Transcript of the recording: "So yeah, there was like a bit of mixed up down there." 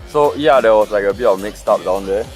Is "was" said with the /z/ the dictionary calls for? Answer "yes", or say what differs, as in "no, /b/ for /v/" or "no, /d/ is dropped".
no, /s/ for /z/